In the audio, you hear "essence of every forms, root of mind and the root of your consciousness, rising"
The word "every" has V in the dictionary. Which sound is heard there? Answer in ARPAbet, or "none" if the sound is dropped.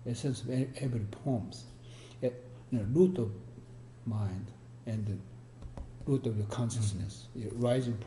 B